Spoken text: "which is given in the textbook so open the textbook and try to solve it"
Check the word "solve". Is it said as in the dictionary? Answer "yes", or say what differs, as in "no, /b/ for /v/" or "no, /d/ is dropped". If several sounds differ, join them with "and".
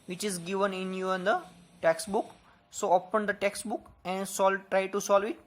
yes